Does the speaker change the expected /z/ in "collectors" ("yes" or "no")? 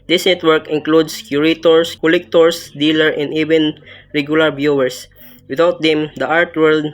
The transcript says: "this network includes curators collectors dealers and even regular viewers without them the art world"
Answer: yes